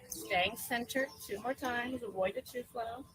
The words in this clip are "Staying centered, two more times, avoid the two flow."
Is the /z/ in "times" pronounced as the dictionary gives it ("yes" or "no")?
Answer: yes